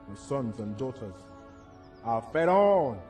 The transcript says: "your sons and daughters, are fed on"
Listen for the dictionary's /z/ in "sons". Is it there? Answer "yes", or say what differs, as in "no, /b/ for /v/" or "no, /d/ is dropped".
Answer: yes